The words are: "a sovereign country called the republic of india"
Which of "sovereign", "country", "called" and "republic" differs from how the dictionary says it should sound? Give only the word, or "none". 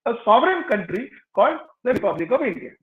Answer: none